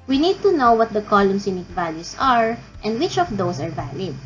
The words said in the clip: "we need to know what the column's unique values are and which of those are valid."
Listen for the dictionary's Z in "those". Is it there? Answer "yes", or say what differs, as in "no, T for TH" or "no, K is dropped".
no, S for Z